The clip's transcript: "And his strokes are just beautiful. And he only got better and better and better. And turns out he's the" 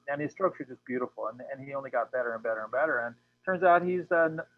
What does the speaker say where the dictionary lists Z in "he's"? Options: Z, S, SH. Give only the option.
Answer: Z